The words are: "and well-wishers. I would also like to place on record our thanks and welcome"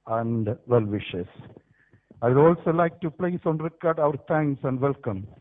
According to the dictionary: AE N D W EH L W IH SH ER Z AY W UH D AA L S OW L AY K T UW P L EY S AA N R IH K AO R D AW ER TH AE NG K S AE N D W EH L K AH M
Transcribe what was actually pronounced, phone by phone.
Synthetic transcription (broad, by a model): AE N D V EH L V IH SH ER S AY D AA L S OW L AY K T UW P L EY S AA N R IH K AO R D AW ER T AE NG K S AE N D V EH L K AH M